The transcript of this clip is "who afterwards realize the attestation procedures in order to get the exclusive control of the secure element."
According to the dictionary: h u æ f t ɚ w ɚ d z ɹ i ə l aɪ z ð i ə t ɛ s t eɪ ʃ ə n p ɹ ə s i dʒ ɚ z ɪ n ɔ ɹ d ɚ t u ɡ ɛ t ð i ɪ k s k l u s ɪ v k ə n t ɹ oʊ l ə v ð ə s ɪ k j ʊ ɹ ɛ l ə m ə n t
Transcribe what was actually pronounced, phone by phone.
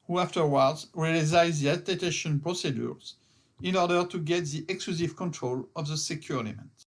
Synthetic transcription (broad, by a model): h u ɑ f t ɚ w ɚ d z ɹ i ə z aɪ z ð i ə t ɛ t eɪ ʃ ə n p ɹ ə s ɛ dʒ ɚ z ɪ n ɔ ɹ d ɚ t u ɡ ɛ t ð i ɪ k s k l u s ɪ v k ə n t ɹ oʊ l ə v ð ə s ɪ k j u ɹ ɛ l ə m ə n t